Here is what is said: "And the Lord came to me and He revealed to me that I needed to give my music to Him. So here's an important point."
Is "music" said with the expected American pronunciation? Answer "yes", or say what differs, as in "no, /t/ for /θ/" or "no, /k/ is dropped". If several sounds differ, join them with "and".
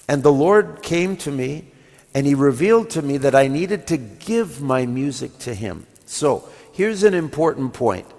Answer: yes